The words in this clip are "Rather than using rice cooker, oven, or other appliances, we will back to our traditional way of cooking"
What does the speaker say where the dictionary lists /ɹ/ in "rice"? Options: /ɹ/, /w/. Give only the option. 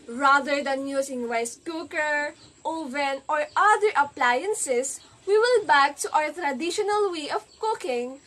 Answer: /w/